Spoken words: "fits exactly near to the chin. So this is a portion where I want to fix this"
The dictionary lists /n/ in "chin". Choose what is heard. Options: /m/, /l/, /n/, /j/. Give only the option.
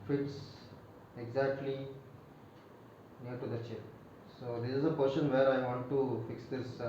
/l/